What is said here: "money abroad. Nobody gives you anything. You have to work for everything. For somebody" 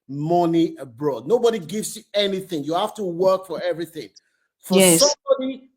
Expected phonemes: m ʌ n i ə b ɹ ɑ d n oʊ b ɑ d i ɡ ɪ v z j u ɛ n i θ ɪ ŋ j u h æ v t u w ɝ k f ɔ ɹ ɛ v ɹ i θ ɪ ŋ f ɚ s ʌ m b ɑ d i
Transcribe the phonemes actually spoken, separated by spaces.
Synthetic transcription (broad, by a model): m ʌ n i ə b ɹ ɑ d n oʊ b ɑ d i ɡ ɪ v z j u ɛ n i θ ɪ ŋ j u h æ f t u w ɝ k f ɔ ɹ ɛ v ɹ i θ ɪ ŋ f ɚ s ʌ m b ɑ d i